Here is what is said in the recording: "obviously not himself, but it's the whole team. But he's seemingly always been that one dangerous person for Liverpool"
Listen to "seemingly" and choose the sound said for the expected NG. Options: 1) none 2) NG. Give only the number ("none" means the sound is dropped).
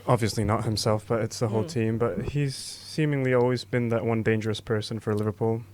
2